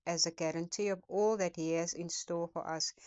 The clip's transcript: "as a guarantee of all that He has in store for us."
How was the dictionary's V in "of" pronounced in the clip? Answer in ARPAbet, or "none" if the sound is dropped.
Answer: P